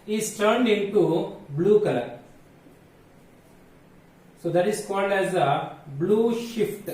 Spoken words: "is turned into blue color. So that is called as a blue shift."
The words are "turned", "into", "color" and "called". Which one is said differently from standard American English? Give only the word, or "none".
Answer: none